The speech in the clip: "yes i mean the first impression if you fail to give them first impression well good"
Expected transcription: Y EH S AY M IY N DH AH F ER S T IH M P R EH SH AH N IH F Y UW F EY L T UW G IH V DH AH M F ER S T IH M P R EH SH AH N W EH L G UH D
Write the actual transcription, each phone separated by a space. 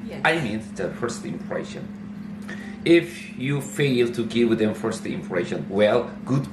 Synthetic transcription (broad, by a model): AY M IY N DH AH F ER S T IH M P R EH SH AH N IH F Y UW F EY L T UW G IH W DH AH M F ER S T IH M P R EH SH AH N W EH L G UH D